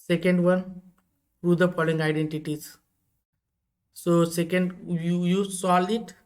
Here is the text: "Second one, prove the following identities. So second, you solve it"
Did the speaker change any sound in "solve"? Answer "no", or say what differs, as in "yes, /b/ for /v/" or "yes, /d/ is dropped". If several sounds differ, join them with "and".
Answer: yes, /v/ is dropped